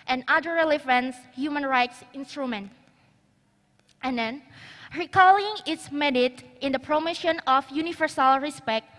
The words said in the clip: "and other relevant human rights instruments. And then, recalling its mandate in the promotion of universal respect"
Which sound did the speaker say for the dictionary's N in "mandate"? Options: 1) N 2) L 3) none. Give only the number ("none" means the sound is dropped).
3